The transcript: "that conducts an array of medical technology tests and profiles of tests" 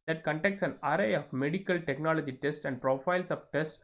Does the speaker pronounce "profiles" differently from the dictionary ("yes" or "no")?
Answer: yes